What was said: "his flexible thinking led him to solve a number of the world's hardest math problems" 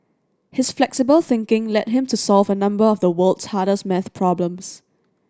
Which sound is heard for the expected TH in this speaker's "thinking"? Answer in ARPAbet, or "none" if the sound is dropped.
TH